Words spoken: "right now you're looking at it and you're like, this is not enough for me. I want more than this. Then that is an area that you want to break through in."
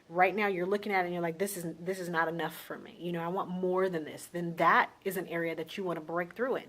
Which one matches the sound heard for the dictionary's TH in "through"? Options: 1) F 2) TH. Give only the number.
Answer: 2